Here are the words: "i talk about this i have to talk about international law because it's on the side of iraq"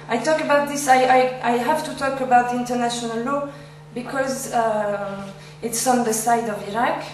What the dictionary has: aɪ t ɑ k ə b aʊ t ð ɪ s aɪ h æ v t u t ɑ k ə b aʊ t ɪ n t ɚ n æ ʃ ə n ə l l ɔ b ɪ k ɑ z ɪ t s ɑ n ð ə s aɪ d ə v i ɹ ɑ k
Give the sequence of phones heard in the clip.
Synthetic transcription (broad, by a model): aɪ t ɑ k ə b aʊ t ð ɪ s aɪ h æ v t u t ɑ k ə b aʊ t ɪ n t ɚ n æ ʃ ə n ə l l ɔ b ɪ k ɑ z ɪ t s ɑ n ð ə s aɪ d ə v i ɹ ɑ k